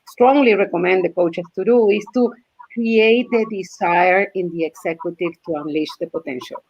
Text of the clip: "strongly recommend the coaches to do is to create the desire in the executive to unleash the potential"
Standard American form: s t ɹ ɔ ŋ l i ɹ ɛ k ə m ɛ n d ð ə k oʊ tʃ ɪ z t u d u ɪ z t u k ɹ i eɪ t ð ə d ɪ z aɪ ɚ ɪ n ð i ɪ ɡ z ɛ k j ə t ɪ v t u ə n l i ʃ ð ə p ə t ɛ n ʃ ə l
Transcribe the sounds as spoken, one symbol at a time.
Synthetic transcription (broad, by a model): s t ɹ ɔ ŋ l i ɹ ɛ k ə m ɛ n d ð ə k oʊ tʃ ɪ s t u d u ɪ s t u k ɹ i eɪ t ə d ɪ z aɪ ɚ ɪ n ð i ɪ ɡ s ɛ k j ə t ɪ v t u ə n l i ʃ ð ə p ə t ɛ n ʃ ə l